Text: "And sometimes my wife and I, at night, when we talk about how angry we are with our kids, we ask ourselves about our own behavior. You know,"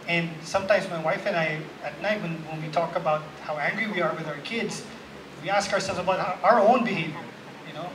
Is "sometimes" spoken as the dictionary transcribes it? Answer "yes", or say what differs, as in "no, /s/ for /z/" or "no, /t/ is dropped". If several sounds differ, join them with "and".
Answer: yes